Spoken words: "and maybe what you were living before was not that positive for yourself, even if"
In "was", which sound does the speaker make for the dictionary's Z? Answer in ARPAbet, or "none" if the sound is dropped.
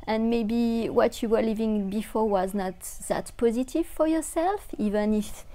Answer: Z